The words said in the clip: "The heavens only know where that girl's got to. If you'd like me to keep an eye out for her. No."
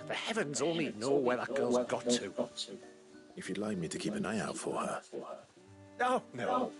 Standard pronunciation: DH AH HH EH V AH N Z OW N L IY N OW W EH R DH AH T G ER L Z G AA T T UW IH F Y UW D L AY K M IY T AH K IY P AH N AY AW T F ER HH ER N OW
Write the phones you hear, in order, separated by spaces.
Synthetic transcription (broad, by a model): DH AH HH EH V AH N Z OW N L IY N OW W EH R DH AH T G ER L Z G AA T T UW IH F Y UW D L AY K M IY T AH K IY P AH N AY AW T F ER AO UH N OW